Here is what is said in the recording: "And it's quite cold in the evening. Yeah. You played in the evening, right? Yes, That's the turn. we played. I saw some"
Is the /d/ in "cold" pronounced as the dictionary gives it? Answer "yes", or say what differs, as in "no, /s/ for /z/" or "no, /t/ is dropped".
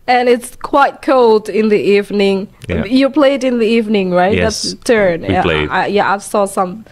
yes